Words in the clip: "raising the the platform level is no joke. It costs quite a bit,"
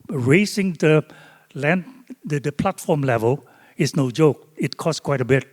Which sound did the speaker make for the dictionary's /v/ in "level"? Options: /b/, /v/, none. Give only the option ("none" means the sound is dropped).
/v/